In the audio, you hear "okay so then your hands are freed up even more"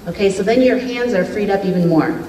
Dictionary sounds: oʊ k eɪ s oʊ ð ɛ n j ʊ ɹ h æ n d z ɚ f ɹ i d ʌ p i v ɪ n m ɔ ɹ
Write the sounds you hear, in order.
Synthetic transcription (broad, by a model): oʊ k eɪ s oʊ ð ɛ n j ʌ ɹ h æ n d z ɚ f ɹ i d ʌ p i v ɪ n m ɔ ɹ